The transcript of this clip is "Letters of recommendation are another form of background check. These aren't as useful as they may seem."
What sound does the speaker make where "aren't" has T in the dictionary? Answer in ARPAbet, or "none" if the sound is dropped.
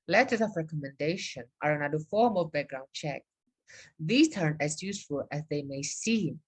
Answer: none